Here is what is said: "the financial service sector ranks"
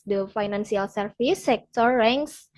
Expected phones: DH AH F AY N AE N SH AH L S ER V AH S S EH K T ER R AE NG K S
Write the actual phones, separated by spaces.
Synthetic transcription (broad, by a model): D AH F AY N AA N S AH L S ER F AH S S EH K T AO R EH NG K S